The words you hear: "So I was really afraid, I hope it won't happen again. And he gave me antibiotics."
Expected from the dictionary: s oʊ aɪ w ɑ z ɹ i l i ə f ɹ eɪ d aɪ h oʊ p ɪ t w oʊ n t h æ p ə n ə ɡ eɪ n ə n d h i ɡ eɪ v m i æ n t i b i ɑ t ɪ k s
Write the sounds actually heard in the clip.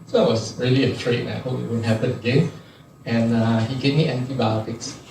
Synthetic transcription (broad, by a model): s oʊ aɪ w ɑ s ɹ i l i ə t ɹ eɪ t aɪ h oʊ p ɪ t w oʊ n h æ p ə n ə ɡ eɪ n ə n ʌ h i ɡ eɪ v m i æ n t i b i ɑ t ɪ k s